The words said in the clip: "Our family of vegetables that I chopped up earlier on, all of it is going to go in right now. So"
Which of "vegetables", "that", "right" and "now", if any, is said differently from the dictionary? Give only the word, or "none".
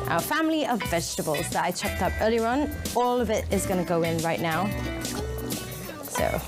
none